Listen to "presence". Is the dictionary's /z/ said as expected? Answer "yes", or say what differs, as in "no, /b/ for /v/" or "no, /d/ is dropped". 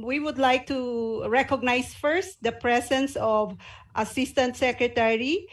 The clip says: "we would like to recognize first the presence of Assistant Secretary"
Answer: no, /s/ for /z/